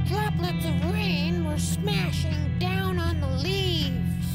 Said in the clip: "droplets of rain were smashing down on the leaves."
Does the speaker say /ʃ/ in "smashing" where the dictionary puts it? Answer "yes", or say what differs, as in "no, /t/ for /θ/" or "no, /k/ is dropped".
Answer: yes